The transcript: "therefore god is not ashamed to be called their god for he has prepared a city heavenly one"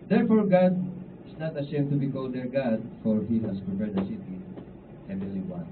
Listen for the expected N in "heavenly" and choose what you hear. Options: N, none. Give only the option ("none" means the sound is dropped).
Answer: none